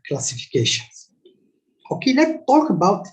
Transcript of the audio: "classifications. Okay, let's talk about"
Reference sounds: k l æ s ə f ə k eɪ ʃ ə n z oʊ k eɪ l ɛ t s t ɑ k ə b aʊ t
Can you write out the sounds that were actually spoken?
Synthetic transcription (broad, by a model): k l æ s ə f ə k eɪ ʃ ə n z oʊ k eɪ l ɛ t t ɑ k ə b aʊ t